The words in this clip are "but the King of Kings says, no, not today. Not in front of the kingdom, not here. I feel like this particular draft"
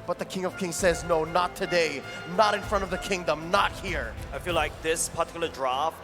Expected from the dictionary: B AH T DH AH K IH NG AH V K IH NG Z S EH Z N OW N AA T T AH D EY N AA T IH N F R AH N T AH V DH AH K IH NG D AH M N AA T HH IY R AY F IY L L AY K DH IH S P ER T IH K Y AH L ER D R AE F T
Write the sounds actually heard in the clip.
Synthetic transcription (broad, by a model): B AH T DH AH K IH NG AH V K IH NG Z S EH Z N OW N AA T T AH D EY N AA T IH N F R AH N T AH V DH AH K IH NG D AH M N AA T HH IY R AY F IY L L AY K DH IH S P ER T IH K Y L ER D R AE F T